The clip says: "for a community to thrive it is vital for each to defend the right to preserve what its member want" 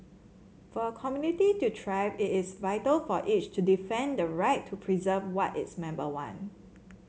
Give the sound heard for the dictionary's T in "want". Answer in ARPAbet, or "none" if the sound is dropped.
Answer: none